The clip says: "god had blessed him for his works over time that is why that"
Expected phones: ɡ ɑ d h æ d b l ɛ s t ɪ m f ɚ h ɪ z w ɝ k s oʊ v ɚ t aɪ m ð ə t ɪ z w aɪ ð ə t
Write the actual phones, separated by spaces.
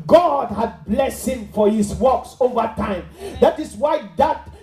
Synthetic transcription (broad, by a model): ɡ ɑ d h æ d b l ɛ s ɪ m f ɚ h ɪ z w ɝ k s oʊ v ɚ t aɪ m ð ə t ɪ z w aɪ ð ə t